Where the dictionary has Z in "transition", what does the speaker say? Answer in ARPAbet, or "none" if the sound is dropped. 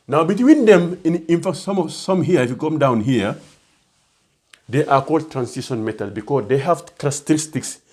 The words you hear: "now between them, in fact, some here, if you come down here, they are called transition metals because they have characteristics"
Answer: S